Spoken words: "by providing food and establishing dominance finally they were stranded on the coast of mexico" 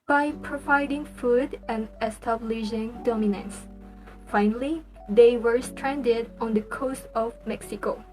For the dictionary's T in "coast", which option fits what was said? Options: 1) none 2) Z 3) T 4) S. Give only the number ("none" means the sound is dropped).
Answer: 3